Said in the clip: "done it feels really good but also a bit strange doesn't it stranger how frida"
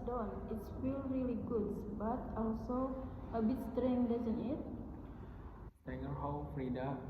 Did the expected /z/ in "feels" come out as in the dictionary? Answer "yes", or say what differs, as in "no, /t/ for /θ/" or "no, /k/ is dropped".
no, /z/ is dropped